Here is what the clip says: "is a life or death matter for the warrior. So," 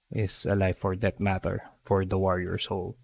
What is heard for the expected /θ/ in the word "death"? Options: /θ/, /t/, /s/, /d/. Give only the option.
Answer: /t/